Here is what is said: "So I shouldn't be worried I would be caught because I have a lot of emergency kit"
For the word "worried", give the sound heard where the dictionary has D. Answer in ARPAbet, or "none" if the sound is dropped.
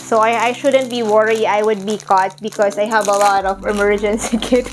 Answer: none